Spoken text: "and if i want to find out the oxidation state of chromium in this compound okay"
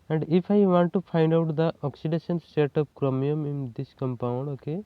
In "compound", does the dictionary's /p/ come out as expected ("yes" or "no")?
yes